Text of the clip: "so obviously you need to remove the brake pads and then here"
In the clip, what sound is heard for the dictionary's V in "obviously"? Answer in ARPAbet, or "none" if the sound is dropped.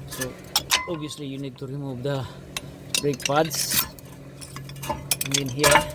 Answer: none